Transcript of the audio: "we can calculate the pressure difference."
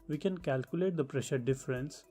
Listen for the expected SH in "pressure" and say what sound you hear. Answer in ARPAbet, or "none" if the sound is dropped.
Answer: SH